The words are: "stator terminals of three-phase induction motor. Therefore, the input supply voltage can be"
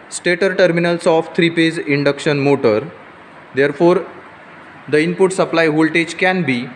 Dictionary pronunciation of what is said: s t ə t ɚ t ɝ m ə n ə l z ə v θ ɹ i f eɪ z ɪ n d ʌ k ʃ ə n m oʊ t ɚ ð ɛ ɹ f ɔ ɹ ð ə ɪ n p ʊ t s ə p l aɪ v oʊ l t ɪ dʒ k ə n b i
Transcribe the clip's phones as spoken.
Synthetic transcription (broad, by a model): s t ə t ɚ t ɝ m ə n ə l s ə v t ɹ i p eɪ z ɪ n d ʌ k ʃ ə n m oʊ t ɚ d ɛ ɹ f ɔ ɹ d ə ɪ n p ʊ t s ə p l aɪ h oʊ l t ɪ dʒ k ə n b i